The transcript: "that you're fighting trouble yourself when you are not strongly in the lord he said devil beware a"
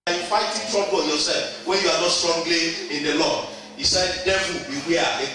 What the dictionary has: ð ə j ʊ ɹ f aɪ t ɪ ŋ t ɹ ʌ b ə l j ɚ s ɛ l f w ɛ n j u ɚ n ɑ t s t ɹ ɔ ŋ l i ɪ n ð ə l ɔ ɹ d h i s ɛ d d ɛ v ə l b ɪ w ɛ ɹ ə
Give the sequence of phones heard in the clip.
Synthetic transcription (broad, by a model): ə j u f aɪ t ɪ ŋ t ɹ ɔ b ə n j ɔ s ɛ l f w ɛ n j u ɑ n ɑ t s t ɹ ɔ ŋ l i ɪ n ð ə l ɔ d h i s ɛ d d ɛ ə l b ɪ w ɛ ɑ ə